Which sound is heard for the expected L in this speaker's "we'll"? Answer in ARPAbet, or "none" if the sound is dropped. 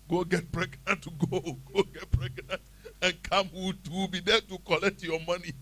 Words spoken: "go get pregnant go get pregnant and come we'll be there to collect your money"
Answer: W